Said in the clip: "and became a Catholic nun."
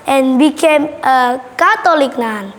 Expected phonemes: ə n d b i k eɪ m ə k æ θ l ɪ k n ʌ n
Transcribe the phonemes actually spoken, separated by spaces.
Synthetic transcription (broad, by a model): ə n b i k eɪ m ə k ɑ t l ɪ k n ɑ n